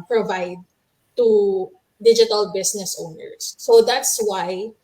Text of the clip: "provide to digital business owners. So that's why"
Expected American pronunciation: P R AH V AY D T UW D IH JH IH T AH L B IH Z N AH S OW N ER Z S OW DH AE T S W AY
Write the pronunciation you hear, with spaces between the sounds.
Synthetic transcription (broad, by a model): P R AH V AY D T UW D IH JH IH T AH L B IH S N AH S OW N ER S OW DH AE T S W AY